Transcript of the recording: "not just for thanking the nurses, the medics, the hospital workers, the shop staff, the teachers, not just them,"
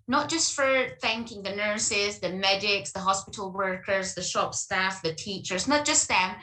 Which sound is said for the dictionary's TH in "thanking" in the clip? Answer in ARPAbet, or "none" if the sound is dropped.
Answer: TH